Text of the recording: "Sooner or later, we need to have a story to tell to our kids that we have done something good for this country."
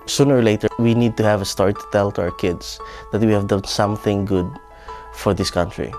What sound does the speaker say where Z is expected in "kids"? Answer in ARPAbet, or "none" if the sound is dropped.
S